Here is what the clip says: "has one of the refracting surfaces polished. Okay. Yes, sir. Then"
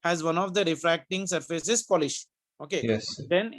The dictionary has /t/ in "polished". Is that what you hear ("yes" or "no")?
no